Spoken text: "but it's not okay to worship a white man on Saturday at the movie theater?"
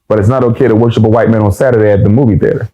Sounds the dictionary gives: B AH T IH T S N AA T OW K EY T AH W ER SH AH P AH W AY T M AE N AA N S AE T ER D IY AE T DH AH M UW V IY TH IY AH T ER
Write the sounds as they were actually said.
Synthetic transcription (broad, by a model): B AH T IH T S N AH T OW K EY T AH W ER SH AH P AH W AY T M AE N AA N S AE T ER D IY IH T DH AH M UW V IY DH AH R